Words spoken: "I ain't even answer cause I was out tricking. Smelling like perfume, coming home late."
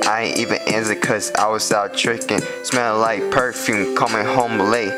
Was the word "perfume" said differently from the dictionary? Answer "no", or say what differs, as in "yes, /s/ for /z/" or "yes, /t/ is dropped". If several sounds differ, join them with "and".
no